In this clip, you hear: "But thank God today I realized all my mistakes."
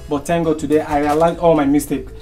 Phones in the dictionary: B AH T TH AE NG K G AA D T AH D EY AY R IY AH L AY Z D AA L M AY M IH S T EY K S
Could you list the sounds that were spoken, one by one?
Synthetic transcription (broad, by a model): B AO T T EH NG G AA T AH D EY AY R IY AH L AY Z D AA L M AY M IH S T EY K